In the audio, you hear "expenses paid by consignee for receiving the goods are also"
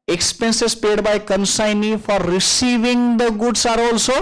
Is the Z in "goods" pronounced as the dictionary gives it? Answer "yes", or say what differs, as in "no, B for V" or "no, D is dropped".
no, S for Z